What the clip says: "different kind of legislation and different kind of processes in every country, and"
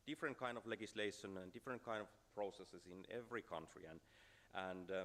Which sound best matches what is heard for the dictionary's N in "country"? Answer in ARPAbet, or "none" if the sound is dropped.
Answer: N